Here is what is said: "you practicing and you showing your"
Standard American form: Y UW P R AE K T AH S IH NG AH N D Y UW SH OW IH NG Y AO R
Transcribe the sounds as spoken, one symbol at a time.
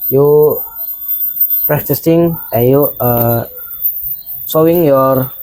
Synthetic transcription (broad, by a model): Y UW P R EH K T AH S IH NG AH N Y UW S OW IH NG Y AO R